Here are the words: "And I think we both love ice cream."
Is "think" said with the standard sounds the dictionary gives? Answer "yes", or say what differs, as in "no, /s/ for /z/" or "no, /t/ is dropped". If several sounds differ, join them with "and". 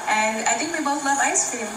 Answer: no, /t/ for /θ/